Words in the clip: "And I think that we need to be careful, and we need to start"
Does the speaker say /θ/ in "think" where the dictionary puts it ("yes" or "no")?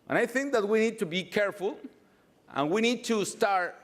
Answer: yes